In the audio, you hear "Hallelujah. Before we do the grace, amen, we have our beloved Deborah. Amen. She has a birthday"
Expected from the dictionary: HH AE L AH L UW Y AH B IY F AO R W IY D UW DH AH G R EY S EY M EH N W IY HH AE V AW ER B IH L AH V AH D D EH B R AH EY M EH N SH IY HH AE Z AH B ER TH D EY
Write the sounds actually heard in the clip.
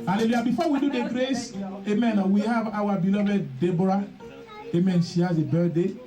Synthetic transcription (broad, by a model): HH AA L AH L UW Y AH B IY F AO W IY D UW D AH G R EY S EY M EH N W IY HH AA V AW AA B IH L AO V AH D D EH B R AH EY M EH N S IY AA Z AH B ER D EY